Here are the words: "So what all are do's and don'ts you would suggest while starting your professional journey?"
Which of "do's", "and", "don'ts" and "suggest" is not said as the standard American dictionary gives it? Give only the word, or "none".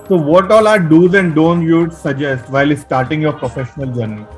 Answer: don'ts